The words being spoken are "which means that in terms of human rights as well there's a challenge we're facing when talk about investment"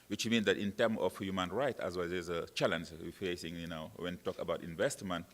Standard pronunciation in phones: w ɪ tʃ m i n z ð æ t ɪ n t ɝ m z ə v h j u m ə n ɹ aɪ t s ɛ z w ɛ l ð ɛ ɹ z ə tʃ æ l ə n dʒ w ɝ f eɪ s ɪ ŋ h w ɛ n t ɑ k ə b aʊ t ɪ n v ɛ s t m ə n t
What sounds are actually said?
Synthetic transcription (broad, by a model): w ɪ tʃ m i n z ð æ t ɪ n t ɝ m ə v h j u m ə n ɹ aɪ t ɛ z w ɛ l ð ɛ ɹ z ə tʃ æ l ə n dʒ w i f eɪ s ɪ ŋ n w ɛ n t ɑ k ə b aʊ t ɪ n v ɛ s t m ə n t